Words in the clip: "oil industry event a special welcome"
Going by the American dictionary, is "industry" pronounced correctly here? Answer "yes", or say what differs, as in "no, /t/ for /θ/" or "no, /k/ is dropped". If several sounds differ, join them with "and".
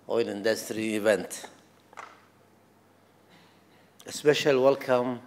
yes